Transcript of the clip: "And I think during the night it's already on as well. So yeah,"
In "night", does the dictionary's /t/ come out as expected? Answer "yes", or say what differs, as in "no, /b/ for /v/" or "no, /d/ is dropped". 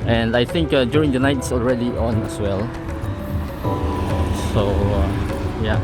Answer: no, /t/ is dropped